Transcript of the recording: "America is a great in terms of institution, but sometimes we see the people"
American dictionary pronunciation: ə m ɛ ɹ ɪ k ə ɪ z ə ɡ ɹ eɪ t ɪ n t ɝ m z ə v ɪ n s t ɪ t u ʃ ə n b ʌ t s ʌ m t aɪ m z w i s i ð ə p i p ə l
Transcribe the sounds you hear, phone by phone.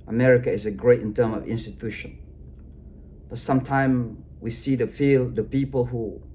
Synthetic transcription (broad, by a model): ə m ɛ ɹ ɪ k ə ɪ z ə ɡ ɹ eɪ t ɪ n t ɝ m ə v ɪ n s t ɪ t u ʃ ə n b ʌ t s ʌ m t aɪ m w i s i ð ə p i p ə l